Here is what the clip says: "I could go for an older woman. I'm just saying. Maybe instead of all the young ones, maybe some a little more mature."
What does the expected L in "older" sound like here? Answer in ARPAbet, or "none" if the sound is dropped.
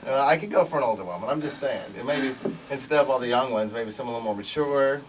L